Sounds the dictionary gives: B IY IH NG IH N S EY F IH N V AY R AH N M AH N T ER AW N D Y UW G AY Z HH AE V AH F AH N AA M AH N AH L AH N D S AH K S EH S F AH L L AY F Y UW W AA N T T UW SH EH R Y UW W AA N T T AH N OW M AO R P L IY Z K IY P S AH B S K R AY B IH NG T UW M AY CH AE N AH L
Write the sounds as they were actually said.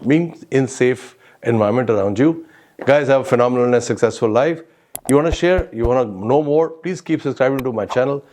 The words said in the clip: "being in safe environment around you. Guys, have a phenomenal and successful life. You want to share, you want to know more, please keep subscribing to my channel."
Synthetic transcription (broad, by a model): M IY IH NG IH N S EY F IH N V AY AH M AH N T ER AW N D Y UW G AY Z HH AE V AH F AH N AA M AH N AH L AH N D S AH K S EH S F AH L L AY F Y UW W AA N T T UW SH EH R Y UW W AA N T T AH N OW M AO R P L IY Z K IY P S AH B S K R AY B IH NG T UW M AY CH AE N AH L